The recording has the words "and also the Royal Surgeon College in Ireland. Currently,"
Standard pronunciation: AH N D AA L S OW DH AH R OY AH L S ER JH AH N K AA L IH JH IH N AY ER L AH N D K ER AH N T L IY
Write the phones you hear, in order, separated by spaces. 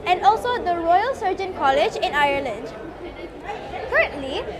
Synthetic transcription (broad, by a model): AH N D AA L S OW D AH R OY AH L S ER JH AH N K AA L IH JH IH N AY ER L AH N D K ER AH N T L IY